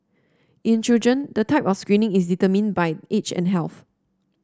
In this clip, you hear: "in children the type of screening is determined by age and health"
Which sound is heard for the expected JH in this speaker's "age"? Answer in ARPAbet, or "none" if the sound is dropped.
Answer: CH